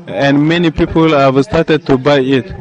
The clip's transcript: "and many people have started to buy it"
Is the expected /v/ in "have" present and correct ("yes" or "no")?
yes